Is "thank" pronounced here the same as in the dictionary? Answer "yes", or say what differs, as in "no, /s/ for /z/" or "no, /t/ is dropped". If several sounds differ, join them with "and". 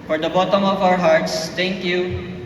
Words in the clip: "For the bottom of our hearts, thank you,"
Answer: no, /t/ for /θ/